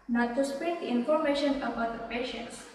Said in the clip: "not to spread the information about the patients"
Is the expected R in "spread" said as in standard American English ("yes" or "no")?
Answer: no